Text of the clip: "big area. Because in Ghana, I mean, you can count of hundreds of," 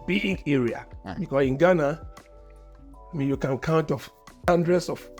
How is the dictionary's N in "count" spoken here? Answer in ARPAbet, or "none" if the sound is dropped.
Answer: N